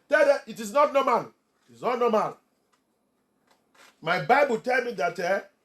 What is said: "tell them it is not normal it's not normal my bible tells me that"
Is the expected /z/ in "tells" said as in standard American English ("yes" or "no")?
no